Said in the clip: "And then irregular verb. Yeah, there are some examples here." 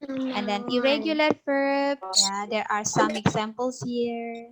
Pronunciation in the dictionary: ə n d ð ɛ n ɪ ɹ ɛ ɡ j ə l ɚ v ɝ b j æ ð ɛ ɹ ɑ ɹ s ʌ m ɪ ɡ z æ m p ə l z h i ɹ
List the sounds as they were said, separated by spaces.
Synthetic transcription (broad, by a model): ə n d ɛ n ɪ ɹ ɛ ɡ j ə l ɚ f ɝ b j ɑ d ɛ ɹ ɑ ɹ s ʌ m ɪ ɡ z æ m p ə l s h i ɹ